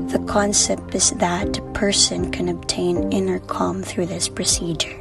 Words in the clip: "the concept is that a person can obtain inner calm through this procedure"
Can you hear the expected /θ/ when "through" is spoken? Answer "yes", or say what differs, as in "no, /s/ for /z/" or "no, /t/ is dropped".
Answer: yes